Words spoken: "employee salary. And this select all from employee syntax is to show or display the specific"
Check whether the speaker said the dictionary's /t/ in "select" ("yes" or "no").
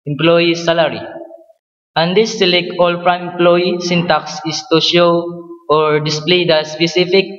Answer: no